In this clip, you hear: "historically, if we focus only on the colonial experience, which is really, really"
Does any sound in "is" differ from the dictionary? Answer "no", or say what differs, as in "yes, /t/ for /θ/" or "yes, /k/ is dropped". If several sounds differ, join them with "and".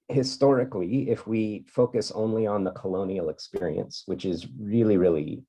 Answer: no